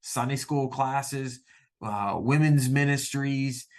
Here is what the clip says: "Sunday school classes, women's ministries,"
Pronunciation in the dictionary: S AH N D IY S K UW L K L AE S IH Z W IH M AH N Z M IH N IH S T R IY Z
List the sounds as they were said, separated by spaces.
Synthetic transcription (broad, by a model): S AH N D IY S K UW L K L AE S IH Z W IH M AH N Z M IH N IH S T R IY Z